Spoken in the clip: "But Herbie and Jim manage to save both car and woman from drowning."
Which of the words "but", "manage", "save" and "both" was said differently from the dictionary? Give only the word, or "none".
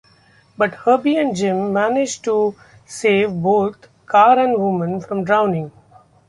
both